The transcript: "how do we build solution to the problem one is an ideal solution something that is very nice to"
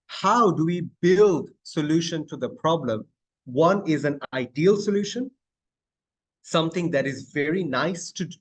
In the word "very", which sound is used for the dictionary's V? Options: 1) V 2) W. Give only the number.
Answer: 1